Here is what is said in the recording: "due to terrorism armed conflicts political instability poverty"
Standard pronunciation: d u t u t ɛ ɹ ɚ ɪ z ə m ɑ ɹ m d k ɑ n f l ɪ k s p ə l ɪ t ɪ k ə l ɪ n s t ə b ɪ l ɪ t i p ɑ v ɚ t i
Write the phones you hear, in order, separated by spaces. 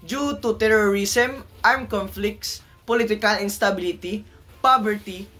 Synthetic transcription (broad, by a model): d u t u t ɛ ɹ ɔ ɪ s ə m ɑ ɹ m k ɑ n f l ɪ k s p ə l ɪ t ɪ k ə l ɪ n s t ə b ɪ l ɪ t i p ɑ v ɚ t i